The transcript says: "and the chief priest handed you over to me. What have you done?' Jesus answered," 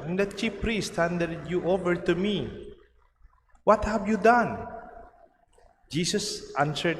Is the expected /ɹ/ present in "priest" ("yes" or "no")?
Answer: yes